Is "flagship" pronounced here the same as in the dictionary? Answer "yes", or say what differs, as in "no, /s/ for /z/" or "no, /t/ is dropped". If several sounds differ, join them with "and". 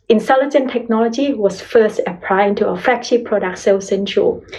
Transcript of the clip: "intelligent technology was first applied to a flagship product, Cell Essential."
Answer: no, /l/ is dropped